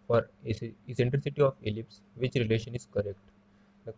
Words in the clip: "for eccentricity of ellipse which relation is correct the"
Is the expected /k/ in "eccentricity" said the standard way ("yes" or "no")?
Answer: no